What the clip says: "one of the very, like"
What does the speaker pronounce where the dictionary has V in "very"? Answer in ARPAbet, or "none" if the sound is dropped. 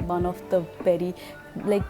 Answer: B